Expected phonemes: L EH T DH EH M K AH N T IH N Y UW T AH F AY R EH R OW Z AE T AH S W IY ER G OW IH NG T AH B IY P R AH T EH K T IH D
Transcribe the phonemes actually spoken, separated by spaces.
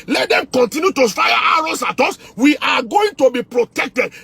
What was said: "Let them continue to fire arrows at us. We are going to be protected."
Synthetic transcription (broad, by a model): L EH T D EH M K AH N T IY N Y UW T AH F AY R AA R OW S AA T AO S W IY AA G OW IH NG T AH B IY P R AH T EH K T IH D